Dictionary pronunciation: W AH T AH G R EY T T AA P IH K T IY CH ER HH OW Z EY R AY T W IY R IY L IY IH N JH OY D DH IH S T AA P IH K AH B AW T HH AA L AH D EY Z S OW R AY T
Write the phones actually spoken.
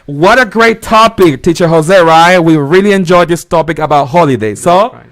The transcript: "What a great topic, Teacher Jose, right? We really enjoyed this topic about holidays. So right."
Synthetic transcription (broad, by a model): W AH T AH G R EY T T AA P IH K T IY CH ER HH OW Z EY R AY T W IY R IY L IY IH N JH OY D DH IH S T AA P IH K AH B AW T HH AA L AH D EY S OW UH